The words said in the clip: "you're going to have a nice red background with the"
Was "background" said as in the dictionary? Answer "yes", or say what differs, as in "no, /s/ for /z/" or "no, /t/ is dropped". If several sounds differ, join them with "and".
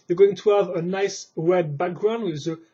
yes